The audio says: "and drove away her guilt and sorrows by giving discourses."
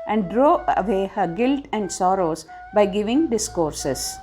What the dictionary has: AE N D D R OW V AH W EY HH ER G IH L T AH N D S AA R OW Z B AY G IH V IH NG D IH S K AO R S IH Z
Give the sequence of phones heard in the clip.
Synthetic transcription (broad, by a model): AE N D D R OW AH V EY HH ER G IH L T AH N D S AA R OW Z B AY G IH V IH NG D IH S K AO R S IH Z